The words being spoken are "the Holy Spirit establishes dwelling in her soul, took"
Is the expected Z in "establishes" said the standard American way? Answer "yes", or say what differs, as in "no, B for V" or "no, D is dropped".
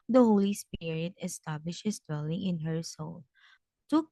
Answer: no, S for Z